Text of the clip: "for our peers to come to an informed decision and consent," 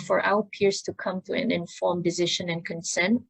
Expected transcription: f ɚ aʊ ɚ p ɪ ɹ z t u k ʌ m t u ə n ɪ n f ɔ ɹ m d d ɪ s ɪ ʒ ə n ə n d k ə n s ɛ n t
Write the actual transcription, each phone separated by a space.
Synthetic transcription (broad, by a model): f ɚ aʊ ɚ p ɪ ɹ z t u k ʌ m t u ə n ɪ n f ɔ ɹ m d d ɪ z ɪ ʃ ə n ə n k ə n s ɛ n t